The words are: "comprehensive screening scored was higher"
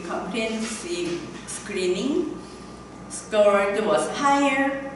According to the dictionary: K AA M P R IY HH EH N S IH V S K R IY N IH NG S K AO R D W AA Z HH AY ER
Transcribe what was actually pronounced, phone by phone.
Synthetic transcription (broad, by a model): K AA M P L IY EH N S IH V S K R IY N IH NG S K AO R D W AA S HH AY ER